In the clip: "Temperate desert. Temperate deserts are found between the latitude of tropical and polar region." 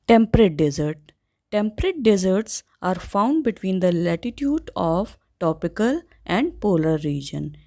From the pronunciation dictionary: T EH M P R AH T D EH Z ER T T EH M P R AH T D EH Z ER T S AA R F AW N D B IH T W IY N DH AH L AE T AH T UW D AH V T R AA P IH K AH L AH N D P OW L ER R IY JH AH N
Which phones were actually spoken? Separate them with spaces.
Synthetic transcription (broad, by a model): T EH M P R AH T D EH Z ER T T EH M P R AH T D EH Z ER T S AA R F AW N D B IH T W IY N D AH L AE T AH T UW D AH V T AA P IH K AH L AH N D P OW L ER R IY JH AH N